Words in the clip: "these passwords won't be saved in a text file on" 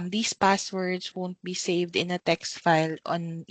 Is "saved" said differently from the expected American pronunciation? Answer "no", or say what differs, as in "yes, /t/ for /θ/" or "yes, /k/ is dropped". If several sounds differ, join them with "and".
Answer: no